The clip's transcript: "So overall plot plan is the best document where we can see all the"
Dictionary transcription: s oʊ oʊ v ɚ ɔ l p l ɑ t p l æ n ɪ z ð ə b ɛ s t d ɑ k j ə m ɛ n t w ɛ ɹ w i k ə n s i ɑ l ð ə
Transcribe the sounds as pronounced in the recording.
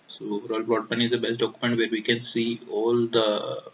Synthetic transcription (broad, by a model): s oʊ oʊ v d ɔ l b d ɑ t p ʌ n ɪ z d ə b ɛ s t d ɑ k j ə m ɛ n t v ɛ ɹ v i k ə n s i ɑ l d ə